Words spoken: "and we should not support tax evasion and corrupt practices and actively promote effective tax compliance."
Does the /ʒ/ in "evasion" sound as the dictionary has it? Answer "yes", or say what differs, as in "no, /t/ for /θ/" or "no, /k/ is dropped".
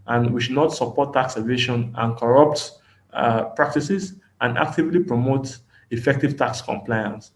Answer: no, /ʃ/ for /ʒ/